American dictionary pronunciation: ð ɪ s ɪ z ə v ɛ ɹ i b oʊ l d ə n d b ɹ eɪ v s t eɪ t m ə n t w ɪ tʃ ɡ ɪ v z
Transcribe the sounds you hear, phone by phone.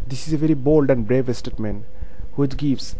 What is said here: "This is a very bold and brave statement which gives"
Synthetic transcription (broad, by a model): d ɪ s ɪ z ə v ɛ ɹ i b oʊ l d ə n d b ɹ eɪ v s t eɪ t m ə n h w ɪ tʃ ɡ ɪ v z